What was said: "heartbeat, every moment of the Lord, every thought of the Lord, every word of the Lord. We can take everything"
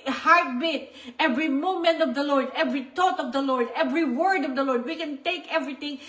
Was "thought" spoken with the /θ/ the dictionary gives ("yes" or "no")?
no